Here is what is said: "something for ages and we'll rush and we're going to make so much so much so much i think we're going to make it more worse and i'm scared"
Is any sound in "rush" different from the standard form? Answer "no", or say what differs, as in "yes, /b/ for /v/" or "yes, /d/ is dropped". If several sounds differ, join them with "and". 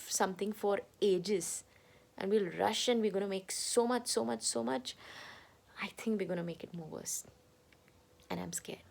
no